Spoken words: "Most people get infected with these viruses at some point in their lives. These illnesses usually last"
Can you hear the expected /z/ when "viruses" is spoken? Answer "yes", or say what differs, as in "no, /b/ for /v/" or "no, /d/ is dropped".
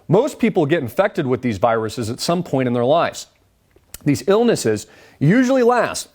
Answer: yes